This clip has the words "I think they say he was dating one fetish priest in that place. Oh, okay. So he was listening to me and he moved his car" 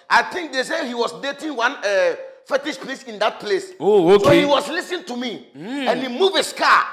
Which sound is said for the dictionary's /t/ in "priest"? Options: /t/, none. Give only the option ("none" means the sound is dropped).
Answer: none